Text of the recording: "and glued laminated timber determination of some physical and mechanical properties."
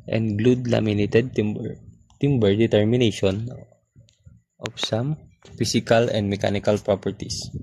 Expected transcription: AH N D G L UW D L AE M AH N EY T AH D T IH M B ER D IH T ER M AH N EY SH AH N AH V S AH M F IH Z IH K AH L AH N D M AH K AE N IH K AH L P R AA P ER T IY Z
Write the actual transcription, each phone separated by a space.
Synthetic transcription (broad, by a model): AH N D G L UW D L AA M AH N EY T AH D T IH M B ER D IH T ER M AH N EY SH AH N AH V S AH M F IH S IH K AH L AH N D M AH K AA N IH K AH L P R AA P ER T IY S